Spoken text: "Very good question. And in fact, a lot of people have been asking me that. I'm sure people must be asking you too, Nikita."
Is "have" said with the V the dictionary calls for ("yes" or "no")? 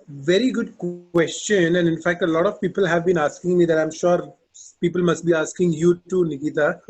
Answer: yes